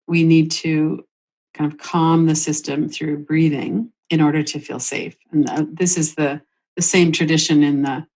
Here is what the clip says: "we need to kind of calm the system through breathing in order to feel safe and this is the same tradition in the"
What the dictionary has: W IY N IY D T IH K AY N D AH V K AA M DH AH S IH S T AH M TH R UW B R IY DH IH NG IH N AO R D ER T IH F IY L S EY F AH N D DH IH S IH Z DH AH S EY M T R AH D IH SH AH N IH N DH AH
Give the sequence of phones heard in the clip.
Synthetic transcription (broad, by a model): W IY N IY D T IH K AY N D AH V K AA M DH AH S IH S T AH M TH R UW B R IY DH IH NG IH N AO R D ER T IH F IY L S EY F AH N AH DH IH S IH Z DH AH S EY M T R AH D IH SH AH N IH N DH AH